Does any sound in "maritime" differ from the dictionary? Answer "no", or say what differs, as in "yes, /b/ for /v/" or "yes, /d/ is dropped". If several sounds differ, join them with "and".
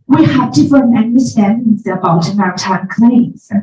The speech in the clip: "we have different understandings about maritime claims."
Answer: yes, /ɹ/ is dropped